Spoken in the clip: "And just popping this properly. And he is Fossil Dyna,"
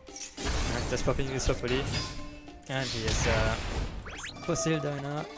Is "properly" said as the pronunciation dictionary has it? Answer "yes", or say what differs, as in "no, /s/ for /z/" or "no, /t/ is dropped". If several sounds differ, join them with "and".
no, /ɹ/ is dropped and /f/ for /p/